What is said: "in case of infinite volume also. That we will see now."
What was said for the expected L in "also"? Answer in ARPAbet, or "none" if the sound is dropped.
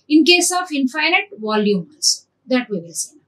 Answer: none